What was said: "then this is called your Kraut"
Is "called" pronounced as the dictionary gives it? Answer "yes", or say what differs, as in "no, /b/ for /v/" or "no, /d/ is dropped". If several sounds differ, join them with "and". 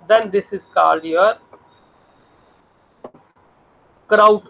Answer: no, /l/ is dropped